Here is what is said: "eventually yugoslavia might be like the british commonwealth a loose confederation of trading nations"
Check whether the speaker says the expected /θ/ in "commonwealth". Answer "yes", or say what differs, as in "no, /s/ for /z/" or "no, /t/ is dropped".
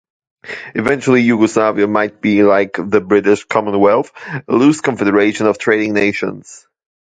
yes